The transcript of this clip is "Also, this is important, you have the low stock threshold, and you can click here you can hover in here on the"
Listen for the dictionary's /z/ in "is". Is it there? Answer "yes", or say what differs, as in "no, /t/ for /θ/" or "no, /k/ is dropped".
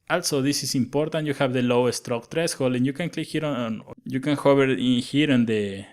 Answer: no, /s/ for /z/